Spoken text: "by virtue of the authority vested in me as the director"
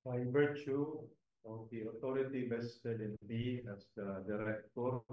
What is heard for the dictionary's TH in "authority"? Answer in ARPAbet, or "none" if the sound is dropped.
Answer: T